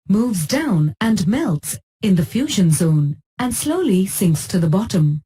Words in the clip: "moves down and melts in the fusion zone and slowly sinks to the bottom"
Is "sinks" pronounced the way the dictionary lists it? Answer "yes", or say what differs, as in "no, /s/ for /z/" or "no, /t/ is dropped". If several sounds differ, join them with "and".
yes